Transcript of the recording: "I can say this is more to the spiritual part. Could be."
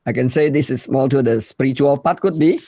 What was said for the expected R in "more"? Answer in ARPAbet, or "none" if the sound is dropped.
L